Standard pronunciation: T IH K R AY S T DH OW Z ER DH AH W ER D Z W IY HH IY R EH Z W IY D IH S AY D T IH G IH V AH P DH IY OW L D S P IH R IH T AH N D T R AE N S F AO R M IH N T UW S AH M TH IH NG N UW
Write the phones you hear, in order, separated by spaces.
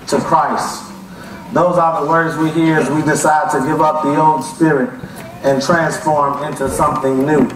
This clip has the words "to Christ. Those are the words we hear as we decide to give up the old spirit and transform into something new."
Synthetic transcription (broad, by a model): T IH K R AY S T DH OW Z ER DH AH W ER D Z W IY HH IY R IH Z W IY D IH S AY D T IH G IH V AH P DH IY OW N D S P IH R IH T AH N T R AE N S F AO R M IH N T UW S AH M TH IH NG N UW